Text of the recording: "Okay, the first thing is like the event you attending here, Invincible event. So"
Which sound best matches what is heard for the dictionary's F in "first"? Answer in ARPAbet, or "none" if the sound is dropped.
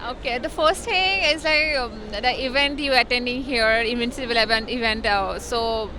F